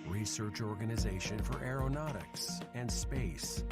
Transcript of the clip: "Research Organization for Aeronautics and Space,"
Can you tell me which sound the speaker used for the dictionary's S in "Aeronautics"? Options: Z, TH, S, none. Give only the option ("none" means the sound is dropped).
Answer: S